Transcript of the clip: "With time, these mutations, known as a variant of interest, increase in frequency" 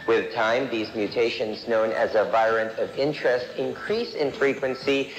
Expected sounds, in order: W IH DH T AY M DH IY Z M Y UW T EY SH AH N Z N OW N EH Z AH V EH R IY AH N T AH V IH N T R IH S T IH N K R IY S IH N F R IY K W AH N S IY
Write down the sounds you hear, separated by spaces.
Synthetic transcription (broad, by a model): W IH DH T AY M DH IY Z M Y UW T EY SH AH N Z N OW N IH Z AH V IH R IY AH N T AH V IH N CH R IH S T IH N K R IY S IH N F R IY K W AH N S IY